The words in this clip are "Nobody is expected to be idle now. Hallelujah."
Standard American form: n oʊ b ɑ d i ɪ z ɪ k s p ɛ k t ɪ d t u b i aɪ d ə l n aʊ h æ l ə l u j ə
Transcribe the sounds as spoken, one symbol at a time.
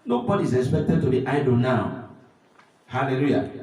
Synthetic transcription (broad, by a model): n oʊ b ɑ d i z ɪ k s p ɛ k t ɪ d t u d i aɪ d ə n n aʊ h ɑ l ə l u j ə